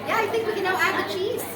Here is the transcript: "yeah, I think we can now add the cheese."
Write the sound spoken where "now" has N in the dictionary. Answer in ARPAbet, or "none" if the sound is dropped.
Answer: L